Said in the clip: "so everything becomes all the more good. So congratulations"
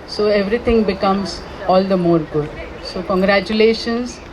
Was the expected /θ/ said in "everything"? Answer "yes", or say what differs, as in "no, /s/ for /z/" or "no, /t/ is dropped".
no, /t/ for /θ/